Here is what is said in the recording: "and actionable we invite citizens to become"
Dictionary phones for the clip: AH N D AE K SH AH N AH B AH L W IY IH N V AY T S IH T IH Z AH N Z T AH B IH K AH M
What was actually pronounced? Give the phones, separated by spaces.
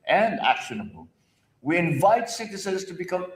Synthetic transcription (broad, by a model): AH N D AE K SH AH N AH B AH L W IY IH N V AY T S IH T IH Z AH Z T AH B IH K AH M